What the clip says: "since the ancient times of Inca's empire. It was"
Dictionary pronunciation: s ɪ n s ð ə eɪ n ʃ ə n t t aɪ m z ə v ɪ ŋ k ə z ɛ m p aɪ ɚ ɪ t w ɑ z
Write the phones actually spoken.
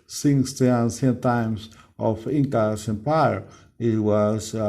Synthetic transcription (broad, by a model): s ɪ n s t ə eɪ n s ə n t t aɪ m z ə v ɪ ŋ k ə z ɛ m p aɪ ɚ ɪ t w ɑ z